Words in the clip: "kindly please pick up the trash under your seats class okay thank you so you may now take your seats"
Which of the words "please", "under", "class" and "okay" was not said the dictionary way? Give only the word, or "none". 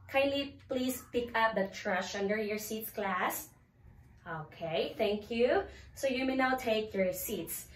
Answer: please